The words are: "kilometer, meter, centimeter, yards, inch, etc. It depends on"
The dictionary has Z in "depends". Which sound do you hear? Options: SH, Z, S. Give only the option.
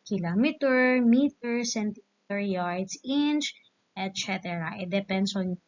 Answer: S